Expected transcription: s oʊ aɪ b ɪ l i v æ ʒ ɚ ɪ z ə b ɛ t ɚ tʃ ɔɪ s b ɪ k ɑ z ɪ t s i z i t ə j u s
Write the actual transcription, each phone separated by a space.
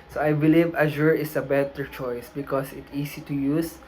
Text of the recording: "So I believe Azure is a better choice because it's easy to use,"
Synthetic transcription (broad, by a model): s oʊ aɪ b ɪ l i v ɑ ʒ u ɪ s ə b ɛ t ɚ tʃ ɔɪ s b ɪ k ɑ s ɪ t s i s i t ə j u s